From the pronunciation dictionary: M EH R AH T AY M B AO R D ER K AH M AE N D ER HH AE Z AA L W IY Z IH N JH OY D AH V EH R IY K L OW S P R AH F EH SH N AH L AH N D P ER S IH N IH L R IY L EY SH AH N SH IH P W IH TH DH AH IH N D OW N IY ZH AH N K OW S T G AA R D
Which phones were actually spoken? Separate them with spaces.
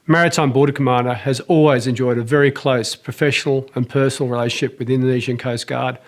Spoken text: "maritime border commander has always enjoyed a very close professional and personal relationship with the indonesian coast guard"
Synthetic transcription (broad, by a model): M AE R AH T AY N B AO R D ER K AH M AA N D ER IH Z AA L W IY Z IH N JH OY D AH V EH R IY K L OW S P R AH F EH SH N L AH N P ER S N L R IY L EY SH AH N SH IH P W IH DH IH N D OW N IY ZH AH N K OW S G AA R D